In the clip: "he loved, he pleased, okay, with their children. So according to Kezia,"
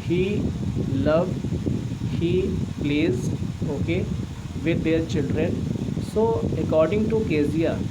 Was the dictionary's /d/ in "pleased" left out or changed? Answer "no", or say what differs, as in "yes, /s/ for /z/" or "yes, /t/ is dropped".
yes, /d/ is dropped